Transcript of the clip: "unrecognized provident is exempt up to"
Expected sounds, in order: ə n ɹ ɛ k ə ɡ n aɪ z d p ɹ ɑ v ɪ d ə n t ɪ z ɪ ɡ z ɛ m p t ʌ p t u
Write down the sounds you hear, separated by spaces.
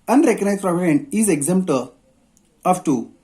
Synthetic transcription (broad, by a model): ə n ɹ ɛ k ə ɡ n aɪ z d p ɹ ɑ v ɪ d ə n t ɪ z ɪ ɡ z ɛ m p t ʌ f t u